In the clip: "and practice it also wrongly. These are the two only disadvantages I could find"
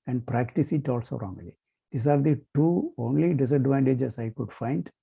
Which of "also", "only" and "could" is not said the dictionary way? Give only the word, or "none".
none